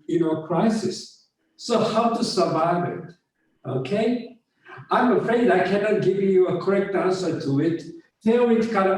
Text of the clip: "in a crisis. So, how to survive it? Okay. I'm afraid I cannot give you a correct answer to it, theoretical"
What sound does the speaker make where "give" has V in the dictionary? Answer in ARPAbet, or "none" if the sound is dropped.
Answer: V